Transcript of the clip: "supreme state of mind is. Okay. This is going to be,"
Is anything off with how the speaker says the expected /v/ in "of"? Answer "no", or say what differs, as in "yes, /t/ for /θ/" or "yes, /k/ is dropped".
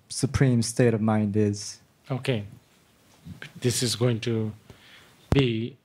no